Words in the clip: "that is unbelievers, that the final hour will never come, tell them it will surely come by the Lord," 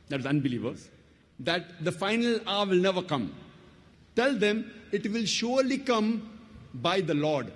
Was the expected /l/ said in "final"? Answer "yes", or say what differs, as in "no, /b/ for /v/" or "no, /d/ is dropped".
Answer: yes